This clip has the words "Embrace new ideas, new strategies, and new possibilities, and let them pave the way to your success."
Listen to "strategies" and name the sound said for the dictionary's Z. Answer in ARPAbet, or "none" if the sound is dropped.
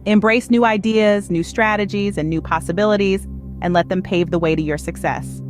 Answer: Z